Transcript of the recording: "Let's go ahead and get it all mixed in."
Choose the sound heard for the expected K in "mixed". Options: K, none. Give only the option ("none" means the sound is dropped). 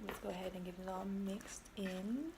K